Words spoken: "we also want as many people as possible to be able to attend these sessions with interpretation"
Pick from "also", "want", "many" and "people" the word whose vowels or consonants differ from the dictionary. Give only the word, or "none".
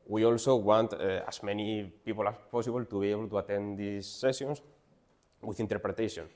none